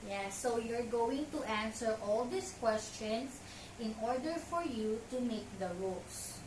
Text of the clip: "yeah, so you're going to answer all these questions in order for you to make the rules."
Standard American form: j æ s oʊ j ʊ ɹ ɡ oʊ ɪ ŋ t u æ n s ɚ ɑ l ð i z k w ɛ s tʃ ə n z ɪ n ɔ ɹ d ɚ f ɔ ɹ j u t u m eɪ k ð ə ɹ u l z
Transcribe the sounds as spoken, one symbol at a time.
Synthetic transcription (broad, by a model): j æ s oʊ j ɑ ɹ ɡ oʊ ɪ ŋ t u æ n s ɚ ɑ l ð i s k w ɛ s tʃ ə n s ɪ n ɔ ɹ d ɚ f ɔ ɹ j u t u m eɪ k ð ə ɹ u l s